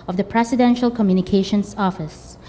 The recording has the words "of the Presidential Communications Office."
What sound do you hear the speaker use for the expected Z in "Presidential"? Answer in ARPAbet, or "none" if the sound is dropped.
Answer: S